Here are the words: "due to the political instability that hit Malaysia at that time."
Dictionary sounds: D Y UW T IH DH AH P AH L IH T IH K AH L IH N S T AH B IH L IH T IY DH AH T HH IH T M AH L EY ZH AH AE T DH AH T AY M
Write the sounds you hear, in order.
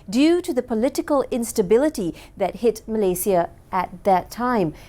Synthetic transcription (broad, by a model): D Y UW T IH DH AH P AH L IH T IH K AH L IH N S T AH B IH L IH T IY DH AH T HH IH T M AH L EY S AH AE T DH AH T AY M